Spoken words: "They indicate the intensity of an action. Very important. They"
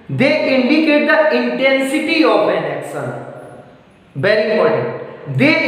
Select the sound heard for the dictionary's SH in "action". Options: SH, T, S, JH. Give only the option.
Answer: S